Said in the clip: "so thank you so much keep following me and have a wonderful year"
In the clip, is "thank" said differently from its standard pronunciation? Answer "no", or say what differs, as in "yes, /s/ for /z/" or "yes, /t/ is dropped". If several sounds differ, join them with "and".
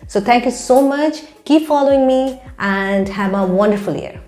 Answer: yes, /t/ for /θ/